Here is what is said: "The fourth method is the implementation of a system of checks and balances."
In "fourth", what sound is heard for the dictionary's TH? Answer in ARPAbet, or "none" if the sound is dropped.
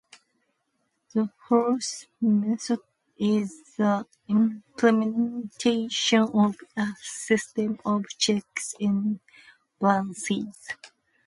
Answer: S